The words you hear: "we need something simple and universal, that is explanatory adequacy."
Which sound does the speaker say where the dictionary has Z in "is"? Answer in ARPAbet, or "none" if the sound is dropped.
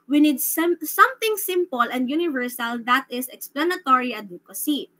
S